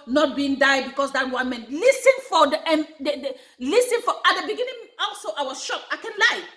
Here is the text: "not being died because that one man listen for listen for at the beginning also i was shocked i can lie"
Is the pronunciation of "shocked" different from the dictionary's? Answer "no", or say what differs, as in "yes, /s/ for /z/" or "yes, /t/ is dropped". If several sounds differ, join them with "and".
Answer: yes, /t/ is dropped